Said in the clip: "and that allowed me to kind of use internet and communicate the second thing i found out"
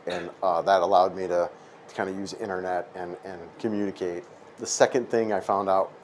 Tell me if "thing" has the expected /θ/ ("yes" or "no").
yes